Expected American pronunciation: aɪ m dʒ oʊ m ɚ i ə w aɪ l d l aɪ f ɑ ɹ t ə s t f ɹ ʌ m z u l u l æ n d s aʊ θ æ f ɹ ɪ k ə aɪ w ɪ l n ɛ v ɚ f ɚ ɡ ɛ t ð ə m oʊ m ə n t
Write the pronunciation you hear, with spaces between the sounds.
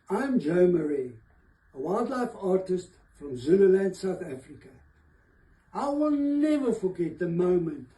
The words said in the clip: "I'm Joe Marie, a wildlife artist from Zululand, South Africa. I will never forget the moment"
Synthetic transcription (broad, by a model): aɪ m dʒ oʊ m ɚ i ə w aɪ l d l aɪ f ɑ ɹ t ə s t f ɹ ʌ m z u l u l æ n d s aʊ θ æ f ɹ ɪ k ə aɪ w ɪ l n ɛ v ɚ f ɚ ɡ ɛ t ð ə m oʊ m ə n t